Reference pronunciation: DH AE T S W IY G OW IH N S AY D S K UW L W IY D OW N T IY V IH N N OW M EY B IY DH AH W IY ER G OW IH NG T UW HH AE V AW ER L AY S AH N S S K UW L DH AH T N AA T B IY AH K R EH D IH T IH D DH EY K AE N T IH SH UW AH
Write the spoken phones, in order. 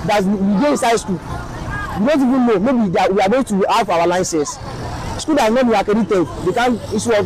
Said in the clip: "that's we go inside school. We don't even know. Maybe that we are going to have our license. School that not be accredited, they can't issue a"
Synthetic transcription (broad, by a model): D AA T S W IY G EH IH N S AY D S K UW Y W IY D OW N T IY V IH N N OW M EY B IY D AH W IY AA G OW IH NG T UW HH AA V AW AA L AY S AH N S S K UW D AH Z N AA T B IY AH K EH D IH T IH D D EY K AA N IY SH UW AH